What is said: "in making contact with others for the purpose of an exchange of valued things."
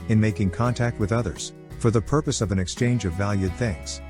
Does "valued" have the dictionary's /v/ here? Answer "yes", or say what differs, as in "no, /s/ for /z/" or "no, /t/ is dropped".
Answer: yes